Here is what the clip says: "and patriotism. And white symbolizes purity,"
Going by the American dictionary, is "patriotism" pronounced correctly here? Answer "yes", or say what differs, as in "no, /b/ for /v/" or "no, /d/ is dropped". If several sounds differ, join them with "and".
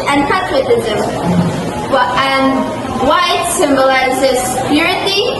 no, /w/ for /ɹ/